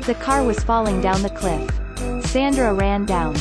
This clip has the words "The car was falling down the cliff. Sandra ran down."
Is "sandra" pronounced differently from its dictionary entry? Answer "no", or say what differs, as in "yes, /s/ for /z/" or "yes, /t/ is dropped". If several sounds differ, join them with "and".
no